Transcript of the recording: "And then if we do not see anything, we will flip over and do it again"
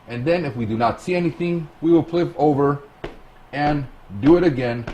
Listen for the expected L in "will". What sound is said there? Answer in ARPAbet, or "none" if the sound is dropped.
L